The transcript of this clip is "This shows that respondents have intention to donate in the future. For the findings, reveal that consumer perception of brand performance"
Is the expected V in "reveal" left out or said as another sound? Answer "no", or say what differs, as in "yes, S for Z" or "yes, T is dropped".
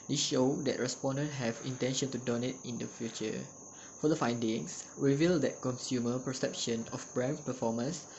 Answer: no